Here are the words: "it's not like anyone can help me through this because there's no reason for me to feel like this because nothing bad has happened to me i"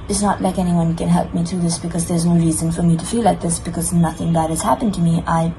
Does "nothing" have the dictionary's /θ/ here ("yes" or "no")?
yes